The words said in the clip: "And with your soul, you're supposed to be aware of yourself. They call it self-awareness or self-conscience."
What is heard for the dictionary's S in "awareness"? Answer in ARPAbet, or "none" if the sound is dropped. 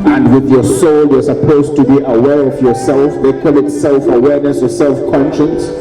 S